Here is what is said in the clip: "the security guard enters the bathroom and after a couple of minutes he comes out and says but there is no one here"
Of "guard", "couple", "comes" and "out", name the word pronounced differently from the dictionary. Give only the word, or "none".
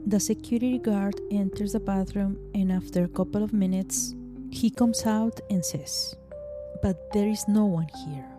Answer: comes